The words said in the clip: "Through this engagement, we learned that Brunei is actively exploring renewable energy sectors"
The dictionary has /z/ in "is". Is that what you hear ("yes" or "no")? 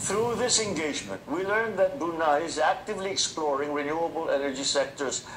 yes